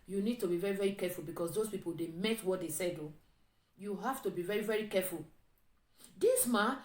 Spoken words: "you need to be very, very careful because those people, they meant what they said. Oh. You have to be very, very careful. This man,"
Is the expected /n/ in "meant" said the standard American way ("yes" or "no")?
no